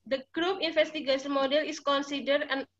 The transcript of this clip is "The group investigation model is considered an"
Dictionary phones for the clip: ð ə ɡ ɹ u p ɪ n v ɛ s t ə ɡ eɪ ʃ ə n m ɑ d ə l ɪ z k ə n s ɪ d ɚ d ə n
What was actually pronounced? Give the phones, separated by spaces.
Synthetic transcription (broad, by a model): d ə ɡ ɹ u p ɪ n f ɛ s t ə ɡ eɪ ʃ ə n m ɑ d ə l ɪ s k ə n s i d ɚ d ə n